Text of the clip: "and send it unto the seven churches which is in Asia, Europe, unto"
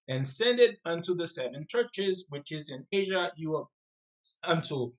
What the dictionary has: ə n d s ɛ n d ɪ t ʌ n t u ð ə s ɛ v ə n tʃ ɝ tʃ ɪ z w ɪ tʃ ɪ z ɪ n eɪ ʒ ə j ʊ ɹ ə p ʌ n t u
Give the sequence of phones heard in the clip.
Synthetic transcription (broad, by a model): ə n s ɛ n d ɪ t ʌ n t u ð ə s ɛ v ə n tʃ ɝ tʃ ɪ z w ɪ tʃ ɪ z ɪ n eɪ ʒ ə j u ə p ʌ n t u